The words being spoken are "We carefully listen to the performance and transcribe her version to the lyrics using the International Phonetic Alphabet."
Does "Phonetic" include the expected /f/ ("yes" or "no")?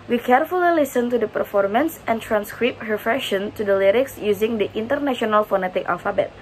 yes